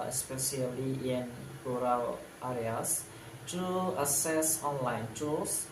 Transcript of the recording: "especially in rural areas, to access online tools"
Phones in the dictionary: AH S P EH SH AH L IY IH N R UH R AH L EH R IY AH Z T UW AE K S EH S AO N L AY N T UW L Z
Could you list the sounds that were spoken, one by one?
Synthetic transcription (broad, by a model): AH S P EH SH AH L IY IH N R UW R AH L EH R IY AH S T UW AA S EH S AO N L AY N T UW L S